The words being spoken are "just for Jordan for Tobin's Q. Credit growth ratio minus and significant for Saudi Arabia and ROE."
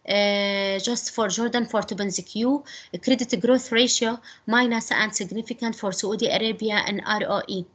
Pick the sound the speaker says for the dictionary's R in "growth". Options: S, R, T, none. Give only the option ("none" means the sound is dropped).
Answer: R